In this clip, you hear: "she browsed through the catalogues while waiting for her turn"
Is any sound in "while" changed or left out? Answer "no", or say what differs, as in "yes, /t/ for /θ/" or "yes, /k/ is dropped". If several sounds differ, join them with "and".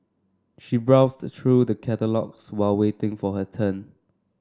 no